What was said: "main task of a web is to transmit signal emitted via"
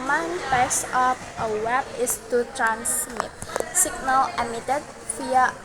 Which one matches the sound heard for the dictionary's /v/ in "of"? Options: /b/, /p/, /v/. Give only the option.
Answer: /p/